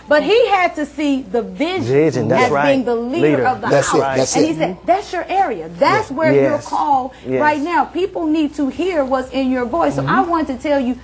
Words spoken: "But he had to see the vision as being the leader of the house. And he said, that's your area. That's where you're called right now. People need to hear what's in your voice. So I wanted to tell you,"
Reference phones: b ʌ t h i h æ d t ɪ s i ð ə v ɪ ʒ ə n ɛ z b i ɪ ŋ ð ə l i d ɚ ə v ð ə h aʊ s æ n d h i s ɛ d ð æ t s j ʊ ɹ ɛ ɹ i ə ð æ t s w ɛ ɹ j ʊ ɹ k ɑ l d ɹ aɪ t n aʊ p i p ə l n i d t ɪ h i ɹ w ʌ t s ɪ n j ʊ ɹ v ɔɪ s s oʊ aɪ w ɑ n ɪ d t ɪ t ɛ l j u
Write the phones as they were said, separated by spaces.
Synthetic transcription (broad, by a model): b ʌ t h i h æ d t ɪ s i ð ə v ɪ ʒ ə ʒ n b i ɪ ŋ ð ə l i d ɚ ə v ð ə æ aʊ æ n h i s ɛ d ð æ t s j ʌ ɹ ɛ ɹ i ə ð æ t s w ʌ ɹ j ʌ ɹ k ɑ l ɹ aɪ t n aʊ p i p l n i d t ɪ h i ɹ w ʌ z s ɪ n j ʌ ɹ v ɔɪ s s oʊ aɪ w ɑ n t ɪ t ɛ l j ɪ